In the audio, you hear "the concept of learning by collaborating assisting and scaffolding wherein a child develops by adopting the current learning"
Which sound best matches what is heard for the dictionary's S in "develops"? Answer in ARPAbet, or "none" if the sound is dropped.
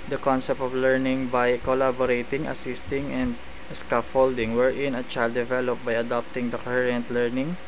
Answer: none